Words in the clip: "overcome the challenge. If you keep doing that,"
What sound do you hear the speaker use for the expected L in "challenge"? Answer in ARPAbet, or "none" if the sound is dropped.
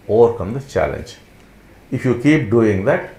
L